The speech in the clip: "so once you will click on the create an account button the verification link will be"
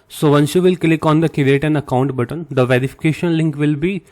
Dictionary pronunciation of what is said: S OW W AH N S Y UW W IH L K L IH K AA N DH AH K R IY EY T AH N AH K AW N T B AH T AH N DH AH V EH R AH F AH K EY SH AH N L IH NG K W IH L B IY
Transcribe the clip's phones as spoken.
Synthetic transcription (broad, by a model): S OW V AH N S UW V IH L K L IH K AA N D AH K IY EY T AH N AH K AW N T B AH T AH N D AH V EH R AH F AH K EY SH AH N L IH NG K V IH L B IY